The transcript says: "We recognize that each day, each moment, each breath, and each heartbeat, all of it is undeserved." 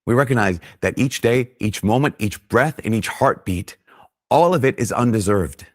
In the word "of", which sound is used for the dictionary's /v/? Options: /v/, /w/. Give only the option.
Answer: /v/